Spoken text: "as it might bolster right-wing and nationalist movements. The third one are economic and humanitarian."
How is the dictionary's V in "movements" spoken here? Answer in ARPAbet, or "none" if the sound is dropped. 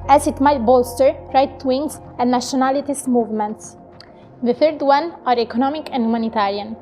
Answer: V